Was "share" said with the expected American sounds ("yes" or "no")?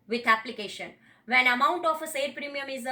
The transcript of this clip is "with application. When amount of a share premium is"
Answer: no